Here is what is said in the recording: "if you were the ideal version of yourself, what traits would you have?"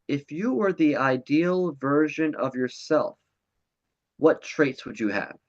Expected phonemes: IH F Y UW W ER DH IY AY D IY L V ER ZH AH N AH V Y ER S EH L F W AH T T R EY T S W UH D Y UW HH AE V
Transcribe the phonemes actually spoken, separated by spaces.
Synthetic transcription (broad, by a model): IH F Y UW W ER DH IY AY D IY L V ER ZH AH N AH V Y ER S EH L F W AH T T R EY T S W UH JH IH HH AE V